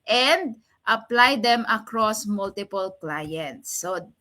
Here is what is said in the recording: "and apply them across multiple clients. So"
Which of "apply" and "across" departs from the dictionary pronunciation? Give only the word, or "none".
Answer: none